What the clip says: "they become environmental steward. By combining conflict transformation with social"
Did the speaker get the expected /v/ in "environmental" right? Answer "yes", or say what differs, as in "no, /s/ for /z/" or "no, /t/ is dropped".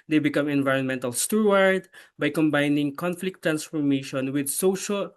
yes